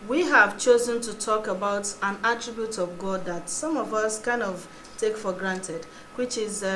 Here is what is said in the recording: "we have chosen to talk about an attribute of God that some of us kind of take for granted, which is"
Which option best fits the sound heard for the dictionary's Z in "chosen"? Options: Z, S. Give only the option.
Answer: Z